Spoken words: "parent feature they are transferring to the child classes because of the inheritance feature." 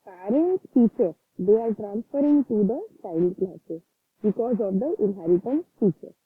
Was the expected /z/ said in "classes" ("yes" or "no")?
no